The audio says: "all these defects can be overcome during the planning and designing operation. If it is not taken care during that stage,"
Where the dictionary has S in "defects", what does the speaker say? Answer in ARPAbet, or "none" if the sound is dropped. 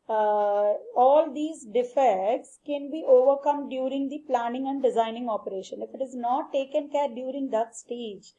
S